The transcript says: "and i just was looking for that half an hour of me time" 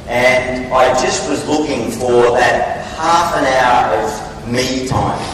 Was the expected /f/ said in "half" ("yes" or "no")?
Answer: yes